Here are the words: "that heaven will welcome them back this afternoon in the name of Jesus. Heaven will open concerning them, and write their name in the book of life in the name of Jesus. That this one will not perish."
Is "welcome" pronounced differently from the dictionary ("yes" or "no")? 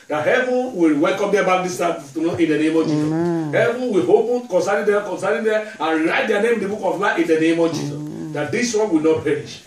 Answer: no